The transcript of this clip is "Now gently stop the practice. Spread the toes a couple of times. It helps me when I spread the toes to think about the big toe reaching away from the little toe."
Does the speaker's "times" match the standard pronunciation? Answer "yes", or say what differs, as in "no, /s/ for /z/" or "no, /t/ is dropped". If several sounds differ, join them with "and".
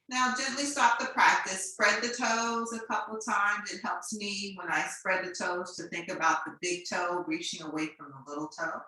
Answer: yes